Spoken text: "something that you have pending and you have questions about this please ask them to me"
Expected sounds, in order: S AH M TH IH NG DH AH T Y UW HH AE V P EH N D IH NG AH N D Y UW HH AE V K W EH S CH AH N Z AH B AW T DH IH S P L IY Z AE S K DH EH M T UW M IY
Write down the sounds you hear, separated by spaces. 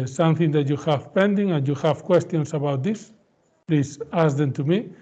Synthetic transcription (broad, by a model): S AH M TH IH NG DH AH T Y UW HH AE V P EH N D IH NG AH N Y UW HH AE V K W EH S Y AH N S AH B AW T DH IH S P L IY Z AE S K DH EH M T UW M IY